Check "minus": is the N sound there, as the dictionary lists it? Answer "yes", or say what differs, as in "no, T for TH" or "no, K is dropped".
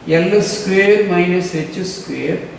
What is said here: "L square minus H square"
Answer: yes